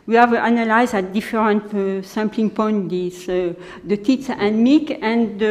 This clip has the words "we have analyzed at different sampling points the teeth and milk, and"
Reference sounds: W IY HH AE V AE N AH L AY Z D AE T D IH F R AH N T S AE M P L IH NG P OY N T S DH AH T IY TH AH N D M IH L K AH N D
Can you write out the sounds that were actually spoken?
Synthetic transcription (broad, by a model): W IY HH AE V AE N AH L AY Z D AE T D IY F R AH N T S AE M P L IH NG P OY N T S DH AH T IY S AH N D M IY K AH N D